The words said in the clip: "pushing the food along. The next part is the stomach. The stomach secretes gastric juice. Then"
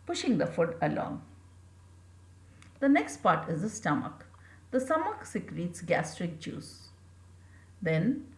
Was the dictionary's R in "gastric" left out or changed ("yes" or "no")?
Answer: no